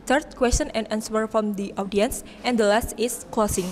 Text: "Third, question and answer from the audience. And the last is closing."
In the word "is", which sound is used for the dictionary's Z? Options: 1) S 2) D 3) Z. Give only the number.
1